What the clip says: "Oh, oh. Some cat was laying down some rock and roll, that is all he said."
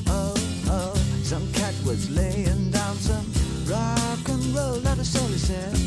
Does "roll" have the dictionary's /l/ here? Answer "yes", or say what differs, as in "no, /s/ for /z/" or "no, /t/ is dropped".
yes